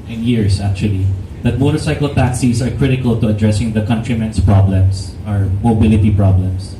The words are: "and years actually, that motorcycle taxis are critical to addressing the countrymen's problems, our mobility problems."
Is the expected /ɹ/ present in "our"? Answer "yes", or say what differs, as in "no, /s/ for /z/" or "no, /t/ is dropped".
yes